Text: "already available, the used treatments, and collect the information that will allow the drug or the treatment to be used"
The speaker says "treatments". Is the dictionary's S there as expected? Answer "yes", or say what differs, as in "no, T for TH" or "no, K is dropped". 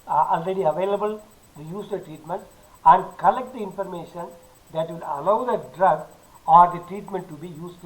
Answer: no, S is dropped